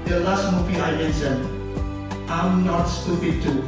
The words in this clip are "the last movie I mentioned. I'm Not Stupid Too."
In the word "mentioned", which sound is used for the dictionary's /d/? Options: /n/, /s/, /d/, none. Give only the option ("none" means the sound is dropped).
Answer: none